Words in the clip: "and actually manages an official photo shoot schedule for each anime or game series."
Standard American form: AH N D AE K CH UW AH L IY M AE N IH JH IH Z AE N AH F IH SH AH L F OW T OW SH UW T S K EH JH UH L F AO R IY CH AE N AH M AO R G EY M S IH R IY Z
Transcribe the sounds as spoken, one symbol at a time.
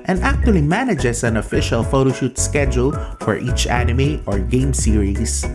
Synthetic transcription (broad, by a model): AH N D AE K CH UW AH L IY M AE N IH JH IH S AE N AH F IH SH AH L F OW T OW SH UW T S K EH JH UH L F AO R IY CH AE N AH M AO R G EY M S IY R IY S